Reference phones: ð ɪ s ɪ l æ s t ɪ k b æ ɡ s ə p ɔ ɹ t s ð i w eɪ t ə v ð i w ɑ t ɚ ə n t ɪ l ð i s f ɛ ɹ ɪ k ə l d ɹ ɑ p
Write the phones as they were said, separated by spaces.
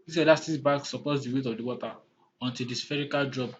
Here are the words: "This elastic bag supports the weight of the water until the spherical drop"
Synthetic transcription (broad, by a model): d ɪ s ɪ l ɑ s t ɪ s b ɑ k s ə p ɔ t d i w eɪ t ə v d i w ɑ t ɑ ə n t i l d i s f ɛ ɹ ɪ k ə l d ɹ ɑ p